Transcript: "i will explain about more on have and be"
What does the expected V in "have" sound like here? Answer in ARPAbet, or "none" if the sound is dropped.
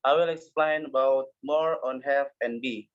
F